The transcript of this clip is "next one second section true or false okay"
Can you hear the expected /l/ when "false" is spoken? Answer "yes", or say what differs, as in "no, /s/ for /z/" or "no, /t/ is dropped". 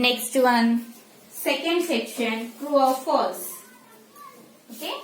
no, /l/ is dropped